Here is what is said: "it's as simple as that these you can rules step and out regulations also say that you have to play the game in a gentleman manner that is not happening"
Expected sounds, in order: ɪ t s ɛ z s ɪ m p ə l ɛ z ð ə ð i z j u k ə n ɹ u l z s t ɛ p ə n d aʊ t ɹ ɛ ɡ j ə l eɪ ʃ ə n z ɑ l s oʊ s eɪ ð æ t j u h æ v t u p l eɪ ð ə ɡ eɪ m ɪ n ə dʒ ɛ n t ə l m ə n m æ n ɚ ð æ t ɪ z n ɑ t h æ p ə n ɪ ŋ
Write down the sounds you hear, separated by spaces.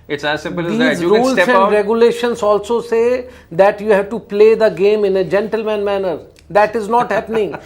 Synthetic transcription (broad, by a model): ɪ t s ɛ s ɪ m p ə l i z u ɹ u l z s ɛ ə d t ɹ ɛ ɡ j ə l eɪ ʃ ə n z ɑ l s oʊ s eɪ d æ t j u h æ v t u p l eɪ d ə ɡ eɪ m ɪ n ə dʒ ɛ n t ə l m ə n m æ n ɚ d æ t ɪ z n ɑ t h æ p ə n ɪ ŋ